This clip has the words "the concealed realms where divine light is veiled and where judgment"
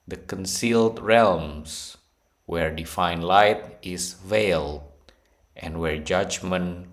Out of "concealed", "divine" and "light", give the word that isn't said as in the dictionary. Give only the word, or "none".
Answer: divine